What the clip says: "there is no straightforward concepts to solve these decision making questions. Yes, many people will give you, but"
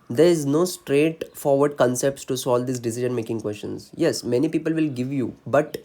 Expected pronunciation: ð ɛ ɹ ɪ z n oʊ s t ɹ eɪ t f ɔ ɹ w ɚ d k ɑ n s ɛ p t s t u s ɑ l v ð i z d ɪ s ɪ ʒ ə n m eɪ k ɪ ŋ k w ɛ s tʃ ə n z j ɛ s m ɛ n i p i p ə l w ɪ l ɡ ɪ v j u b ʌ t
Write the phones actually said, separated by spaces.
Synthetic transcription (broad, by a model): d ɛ ɹ ɪ z n oʊ s t ɹ eɪ t f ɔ ɹ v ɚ d k ɑ n s ɛ p t s t u s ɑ l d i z d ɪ s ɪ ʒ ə n m eɪ k ɪ ŋ k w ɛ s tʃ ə n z j ɛ s m ɛ n i p i p ə l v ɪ l ɡ ɪ v j u b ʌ t